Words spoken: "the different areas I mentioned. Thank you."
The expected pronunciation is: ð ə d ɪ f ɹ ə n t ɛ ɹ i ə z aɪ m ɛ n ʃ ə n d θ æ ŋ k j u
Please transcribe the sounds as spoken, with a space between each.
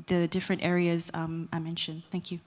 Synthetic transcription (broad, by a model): ð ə d ɪ f ɹ ə n t ɛ ɹ i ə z aɪ m ɛ n ʃ ə n d θ æ ŋ k j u